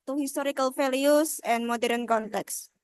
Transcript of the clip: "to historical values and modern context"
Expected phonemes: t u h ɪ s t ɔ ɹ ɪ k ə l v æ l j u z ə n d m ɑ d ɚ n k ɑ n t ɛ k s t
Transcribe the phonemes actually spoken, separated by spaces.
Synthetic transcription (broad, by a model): t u h ɪ s t ɔ ɹ ɪ k ə l f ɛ l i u s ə n m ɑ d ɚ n k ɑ n t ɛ k s